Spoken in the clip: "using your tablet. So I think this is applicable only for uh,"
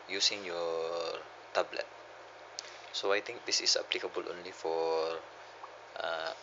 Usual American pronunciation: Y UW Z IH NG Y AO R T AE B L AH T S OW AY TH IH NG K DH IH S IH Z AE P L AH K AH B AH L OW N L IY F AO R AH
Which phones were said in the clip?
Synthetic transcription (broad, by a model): Y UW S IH NG Y AO R T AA B L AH T S OW AY T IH NG K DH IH S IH S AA P L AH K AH B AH L OW N L IY F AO R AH